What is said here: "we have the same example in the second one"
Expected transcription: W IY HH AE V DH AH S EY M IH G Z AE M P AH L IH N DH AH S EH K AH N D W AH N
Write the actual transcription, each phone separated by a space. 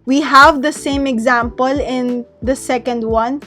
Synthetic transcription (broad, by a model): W IY HH AE V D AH S EY M IH G Z AE M P AH L IH N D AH S EH K AH N D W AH N